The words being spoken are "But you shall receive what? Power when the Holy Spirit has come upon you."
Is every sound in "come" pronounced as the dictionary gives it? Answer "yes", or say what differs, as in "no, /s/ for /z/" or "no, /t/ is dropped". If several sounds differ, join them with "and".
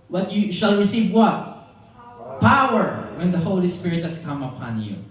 yes